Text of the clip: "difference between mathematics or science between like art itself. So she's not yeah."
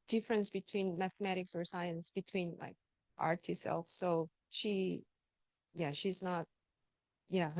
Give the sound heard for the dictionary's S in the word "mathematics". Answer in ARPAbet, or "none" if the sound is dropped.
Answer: S